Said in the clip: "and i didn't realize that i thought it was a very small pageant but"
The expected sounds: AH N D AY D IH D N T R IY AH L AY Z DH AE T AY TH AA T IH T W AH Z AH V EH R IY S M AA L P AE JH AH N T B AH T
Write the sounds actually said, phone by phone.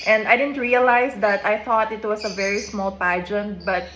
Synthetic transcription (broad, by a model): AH N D AY D IH D N T R IY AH L AY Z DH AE T AY TH AA T IH T W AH S AH V EH R IY S M AA L P AE JH AH N T B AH T